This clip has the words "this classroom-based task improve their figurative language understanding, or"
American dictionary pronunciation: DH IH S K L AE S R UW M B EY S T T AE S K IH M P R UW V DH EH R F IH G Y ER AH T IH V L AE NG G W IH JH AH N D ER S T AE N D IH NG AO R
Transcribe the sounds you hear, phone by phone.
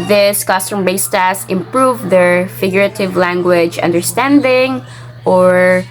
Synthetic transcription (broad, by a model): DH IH S K AH S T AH M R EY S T T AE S IH M P R UW V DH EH R F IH G Y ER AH T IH V L AE NG G W IH JH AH N D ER S T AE N D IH NG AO R